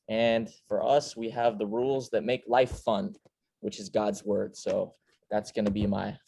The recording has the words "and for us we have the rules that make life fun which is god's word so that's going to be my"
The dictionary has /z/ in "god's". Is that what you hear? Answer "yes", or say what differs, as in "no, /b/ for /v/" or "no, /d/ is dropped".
yes